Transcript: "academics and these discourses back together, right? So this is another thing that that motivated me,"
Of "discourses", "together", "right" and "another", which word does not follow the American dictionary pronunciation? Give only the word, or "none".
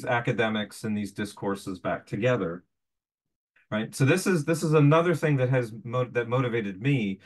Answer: none